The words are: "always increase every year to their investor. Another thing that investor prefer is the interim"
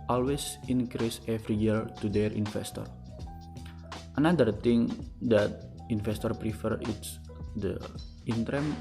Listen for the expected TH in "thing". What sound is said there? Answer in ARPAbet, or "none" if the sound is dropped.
T